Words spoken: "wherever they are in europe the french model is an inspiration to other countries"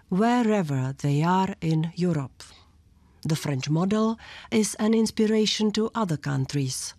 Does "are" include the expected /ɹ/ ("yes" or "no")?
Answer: yes